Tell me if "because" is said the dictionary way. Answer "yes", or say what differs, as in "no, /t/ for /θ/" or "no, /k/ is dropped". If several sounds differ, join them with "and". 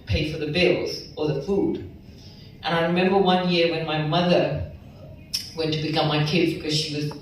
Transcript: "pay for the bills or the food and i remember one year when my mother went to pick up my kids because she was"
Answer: yes